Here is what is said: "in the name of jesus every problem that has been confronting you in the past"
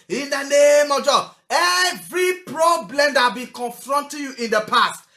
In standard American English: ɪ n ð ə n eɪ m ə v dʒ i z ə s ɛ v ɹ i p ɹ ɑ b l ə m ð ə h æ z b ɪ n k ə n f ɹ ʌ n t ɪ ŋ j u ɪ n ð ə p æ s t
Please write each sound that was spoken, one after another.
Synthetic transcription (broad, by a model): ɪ n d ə n eɪ m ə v dʒ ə ɛ v ɹ i p ɹ ɑ b l ə m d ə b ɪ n k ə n f ɹ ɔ n t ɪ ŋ j u ɪ n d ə p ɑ s t